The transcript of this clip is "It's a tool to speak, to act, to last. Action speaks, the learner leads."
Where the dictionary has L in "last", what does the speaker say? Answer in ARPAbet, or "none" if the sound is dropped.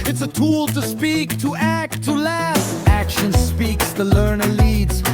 L